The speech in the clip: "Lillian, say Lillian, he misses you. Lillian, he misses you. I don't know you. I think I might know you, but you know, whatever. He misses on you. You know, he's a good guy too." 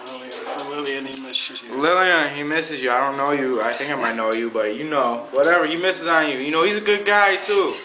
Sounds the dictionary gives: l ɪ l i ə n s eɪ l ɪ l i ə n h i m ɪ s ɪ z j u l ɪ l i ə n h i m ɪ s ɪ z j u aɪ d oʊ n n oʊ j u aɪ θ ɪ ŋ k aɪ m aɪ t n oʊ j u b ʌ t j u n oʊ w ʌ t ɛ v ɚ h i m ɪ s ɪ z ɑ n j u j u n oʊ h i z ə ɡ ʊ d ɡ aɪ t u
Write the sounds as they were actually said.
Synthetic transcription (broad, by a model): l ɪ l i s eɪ l ɪ l i ə n h i m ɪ s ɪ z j l ɪ l i ə n h i m ɪ s ɪ z j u aɪ d oʊ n n oʊ j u aɪ θ ɪ ŋ k aɪ m aɪ t n oʊ j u b ʌ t j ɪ n oʊ w ʌ t ɛ v ɚ h i m ɪ s ɪ z n j u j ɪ n oʊ h i z ə ɡ ʊ d ɡ aɪ t u